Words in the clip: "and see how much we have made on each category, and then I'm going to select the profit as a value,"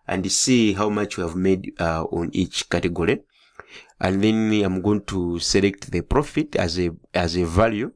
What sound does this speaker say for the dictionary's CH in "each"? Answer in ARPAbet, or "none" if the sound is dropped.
CH